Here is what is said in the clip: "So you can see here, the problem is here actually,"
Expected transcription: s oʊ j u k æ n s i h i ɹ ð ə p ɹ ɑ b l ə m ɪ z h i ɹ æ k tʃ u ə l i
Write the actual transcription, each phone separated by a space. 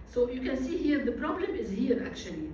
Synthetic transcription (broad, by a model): s oʊ j u k æ n s i h i ɹ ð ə p ɹ ɑ b l ə m ɪ z h i ɹ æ k tʃ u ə l i